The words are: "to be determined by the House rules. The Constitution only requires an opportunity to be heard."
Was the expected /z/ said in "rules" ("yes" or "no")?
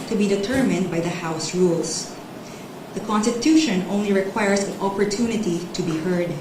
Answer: no